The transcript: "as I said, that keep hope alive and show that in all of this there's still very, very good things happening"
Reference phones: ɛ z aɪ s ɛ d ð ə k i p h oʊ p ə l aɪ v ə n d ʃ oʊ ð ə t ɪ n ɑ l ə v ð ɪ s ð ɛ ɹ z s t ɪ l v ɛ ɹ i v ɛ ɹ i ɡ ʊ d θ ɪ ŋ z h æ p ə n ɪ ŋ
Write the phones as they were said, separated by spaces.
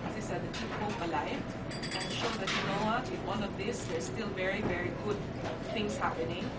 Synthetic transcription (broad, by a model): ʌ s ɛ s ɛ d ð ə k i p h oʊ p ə l aɪ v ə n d ʃ oʊ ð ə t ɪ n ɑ n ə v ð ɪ s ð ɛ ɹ s t ɪ l v ɛ ɹ i v ɛ ɹ i ɡ ʊ d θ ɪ ŋ s h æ p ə n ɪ ŋ